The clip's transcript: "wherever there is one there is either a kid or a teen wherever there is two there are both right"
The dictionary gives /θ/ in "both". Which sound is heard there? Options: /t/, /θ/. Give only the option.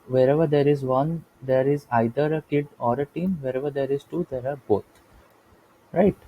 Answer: /t/